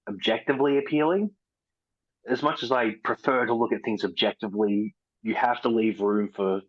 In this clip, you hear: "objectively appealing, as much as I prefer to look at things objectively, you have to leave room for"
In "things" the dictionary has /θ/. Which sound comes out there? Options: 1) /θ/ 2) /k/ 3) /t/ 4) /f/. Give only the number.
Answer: 1